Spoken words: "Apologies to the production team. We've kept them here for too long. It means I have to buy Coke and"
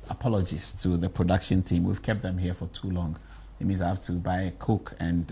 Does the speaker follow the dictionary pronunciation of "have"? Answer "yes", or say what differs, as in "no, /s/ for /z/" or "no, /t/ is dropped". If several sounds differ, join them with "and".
no, /f/ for /v/